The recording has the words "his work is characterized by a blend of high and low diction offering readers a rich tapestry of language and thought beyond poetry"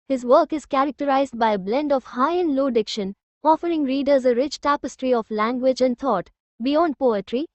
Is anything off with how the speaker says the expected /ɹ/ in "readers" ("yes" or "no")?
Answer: no